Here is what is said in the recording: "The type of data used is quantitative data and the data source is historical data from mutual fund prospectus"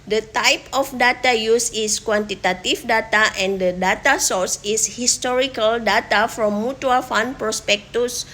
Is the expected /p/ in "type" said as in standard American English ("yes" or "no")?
yes